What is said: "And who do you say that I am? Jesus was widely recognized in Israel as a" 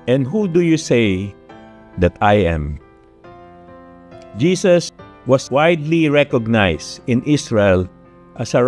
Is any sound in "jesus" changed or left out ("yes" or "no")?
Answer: yes